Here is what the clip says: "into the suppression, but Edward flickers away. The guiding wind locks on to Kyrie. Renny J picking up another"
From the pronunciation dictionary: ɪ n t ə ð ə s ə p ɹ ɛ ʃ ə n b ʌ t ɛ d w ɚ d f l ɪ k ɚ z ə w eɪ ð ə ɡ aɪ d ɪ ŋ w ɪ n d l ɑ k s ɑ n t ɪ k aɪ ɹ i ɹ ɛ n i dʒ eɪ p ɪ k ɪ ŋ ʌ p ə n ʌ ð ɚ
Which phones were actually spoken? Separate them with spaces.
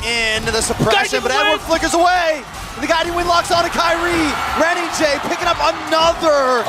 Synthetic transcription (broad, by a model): ɪ n ð ə s ə p ɹ ɛ ʃ ə n b ʌ t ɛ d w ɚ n f l ɪ k ɚ z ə w eɪ ð ə ɡ aɪ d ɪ w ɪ n l ɑ k s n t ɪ k aɪ ɹ i ɹ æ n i dʒ eɪ p ɪ k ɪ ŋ ʌ p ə n ʌ ð ɚ